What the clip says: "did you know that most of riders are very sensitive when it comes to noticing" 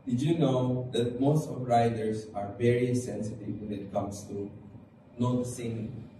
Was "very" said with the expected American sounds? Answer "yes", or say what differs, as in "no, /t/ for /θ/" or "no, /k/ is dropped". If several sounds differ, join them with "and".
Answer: yes